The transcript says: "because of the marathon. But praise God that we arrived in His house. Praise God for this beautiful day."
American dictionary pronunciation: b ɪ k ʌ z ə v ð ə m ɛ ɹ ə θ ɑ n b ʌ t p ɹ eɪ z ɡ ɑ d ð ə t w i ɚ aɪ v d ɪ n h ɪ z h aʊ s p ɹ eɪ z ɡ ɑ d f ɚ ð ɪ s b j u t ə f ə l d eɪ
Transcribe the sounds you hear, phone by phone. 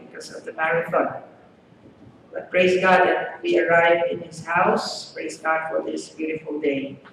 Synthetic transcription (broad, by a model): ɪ k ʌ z ə v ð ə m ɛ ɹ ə f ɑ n b ʌ t p ɹ eɪ z ɡ ɑ d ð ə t w i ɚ aɪ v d ɪ n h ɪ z h aʊ s p ɹ eɪ z ɡ ɑ d f ɚ ð ɪ s b j u t ə f ə l d eɪ